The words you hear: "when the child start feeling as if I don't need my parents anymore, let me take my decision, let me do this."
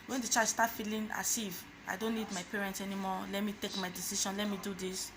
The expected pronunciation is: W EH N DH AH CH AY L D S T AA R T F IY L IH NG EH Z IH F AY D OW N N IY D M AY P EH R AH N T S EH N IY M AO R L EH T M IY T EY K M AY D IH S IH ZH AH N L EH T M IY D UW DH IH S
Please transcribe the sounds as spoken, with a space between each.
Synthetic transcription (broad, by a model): W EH N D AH CH AY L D S T AA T F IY L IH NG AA S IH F AY D OW N N IY D M AY P EH R AH N T S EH N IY M AO L EH T M IY T EY K M AY D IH S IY SH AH N L EH T M IY D UW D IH S